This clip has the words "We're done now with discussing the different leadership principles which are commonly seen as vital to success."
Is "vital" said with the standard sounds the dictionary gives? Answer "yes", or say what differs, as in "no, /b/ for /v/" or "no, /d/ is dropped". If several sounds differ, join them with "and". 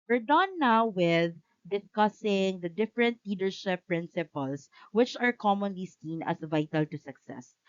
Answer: yes